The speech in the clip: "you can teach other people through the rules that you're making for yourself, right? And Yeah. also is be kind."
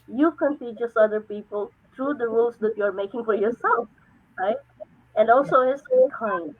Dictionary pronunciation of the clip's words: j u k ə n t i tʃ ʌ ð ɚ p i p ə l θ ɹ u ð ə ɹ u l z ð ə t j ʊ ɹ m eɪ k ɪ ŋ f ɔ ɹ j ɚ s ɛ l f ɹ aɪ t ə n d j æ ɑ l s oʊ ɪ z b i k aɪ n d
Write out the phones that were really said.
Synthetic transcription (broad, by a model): j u k ə n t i s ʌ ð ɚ p i p ə l t ɹ u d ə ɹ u l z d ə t j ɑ ɹ m eɪ k ɪ ŋ f ɔ ɹ j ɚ s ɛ l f ɹ aɪ t ə n d ɑ l s oʊ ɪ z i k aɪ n